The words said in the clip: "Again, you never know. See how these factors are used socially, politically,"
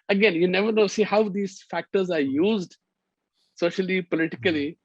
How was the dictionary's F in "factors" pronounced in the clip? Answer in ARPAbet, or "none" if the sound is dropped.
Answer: F